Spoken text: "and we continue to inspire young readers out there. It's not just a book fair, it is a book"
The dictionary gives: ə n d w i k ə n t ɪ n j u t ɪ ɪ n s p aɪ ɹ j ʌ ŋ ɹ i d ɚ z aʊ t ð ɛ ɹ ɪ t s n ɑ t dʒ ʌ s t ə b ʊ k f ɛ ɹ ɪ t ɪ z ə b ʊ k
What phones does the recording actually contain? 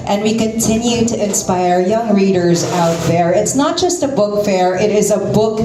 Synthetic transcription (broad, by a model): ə n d w i k ə n t ɪ n j u t ɪ ɪ n s p aɪ ɹ j ʌ ŋ ɹ i d ɚ z aʊ t ð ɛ ɹ ɪ t s n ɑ t dʒ ʌ s t ə b ʊ k f ɛ ɹ ɪ t ɪ z ə b ʊ k